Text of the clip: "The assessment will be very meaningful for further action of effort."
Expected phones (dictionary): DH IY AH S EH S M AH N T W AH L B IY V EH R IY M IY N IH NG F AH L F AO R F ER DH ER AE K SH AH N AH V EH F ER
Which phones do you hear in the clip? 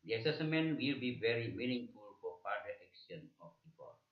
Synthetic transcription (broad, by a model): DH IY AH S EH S M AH N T W AH L B IY V EH R IY M IY N IH NG F AH L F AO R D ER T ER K S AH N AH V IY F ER